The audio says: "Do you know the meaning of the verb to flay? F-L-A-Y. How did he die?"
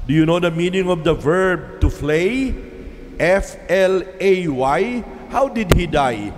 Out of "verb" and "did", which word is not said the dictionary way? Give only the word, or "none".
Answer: none